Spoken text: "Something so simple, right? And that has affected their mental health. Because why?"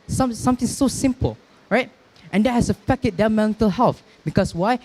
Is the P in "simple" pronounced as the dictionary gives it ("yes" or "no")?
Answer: yes